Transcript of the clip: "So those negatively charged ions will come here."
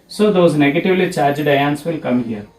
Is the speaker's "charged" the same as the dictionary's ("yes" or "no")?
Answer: yes